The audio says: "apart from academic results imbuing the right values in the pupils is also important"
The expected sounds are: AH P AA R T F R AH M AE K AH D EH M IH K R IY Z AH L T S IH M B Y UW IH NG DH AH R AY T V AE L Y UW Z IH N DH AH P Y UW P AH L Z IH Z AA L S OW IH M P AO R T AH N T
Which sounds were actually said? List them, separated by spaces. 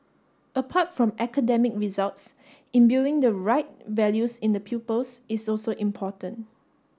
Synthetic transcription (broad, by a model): AH P AA T F R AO M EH K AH D EH M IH K R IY Z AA L T S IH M B Y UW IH NG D AH R AY T V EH L Y UW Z IH N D AH P Y UW P AH L S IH S AA L S OW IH M P AO T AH N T